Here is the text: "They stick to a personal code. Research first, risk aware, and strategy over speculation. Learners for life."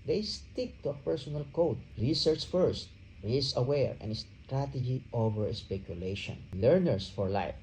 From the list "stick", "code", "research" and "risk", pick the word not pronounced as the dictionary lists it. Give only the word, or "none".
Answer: risk